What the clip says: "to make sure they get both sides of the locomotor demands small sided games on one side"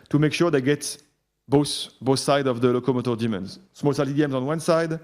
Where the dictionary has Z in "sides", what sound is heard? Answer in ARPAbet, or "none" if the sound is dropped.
none